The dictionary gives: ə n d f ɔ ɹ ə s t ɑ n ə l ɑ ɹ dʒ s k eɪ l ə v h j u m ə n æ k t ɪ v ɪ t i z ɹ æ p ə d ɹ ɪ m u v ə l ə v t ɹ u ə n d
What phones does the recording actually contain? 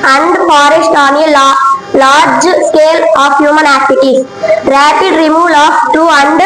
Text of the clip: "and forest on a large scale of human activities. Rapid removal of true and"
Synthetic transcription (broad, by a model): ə n d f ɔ ɹ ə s t ɑ n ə l ɑ ɹ dʒ s k eɪ l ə f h j u m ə n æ k t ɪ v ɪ t i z ɹ æ p ə d ɹ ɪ m u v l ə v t u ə n d